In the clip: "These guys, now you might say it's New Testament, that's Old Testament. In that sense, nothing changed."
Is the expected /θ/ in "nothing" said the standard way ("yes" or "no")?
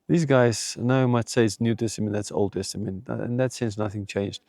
yes